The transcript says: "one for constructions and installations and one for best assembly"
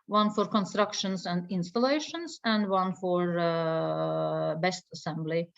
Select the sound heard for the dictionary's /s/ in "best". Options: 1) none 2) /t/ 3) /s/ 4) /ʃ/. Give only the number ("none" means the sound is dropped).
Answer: 3